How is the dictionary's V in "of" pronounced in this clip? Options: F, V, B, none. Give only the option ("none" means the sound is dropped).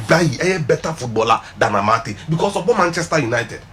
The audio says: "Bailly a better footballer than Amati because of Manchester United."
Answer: B